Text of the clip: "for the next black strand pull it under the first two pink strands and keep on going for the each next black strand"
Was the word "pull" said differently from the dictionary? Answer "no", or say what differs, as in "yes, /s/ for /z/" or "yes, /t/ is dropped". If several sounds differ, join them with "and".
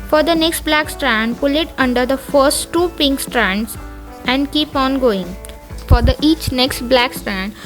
no